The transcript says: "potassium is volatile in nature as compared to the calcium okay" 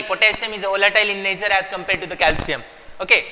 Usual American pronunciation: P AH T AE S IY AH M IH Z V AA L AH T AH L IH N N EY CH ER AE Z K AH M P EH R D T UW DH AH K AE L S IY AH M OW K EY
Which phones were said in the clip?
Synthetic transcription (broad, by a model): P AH T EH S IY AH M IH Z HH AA L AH T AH L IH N N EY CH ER AE Z K AH M P EH R D T UW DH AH K AE L S IY AH M OW K EY